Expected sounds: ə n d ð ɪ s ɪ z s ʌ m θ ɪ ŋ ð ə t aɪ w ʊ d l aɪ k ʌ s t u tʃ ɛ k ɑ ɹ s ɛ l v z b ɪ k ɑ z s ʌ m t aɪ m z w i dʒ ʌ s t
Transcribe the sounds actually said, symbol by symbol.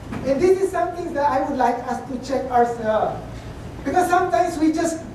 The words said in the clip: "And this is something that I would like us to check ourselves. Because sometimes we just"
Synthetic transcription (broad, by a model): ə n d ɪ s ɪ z s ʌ m t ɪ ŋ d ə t aɪ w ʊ d l aɪ k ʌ s t u tʃ ɛ k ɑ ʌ s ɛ l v b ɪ k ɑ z s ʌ m t aɪ m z w i dʒ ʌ s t